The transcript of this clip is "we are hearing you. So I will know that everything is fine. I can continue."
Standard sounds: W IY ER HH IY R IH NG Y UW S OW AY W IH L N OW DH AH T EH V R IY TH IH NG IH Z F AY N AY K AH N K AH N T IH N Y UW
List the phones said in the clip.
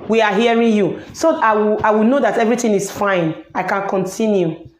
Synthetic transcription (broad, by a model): W IY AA HH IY R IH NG Y UW S OW AY W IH W N OW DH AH T EH V R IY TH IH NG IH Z F AY N AY K AH N K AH N T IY N Y UW